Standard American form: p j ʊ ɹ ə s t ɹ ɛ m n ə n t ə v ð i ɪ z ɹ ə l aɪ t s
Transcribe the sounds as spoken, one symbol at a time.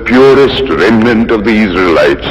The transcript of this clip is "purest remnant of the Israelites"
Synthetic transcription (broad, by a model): p j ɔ ɹ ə s t ɹ ɛ m n ə n t ə v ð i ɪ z ɹ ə l aɪ t s